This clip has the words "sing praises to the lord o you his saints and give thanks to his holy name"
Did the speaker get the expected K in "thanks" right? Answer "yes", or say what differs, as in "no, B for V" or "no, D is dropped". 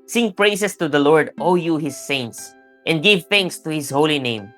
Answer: yes